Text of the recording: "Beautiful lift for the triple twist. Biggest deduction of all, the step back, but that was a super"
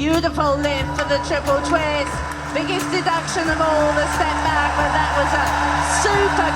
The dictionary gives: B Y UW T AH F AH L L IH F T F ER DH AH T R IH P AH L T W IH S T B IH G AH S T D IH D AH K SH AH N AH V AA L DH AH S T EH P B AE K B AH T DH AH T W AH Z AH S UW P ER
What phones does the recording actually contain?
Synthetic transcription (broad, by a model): Y UW T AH F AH L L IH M F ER DH AH T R IH P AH L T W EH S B IH G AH S D IH D AH K SH AH N AH V AA L DH AH S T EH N B AE K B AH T DH AH T W AH Z AH S UW P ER